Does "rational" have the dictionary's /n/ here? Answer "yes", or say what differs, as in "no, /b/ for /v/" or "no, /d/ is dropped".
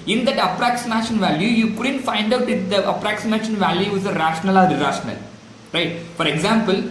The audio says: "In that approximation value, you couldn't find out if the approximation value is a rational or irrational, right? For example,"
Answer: yes